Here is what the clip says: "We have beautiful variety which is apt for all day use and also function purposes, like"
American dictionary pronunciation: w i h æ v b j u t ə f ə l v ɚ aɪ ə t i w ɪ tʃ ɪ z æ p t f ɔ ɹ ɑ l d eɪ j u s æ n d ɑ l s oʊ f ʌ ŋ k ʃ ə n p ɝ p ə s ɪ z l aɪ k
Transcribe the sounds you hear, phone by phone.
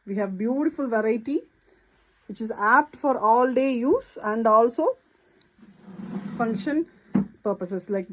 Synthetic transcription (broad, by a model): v i h æ v b j u t ə f ə l v ɚ aɪ ə t i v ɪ tʃ ɪ z æ p t f ɔ ɹ ɑ l d eɪ j u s æ n d ɑ l s oʊ f ʌ ŋ k ʃ ə n p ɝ p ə s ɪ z l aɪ k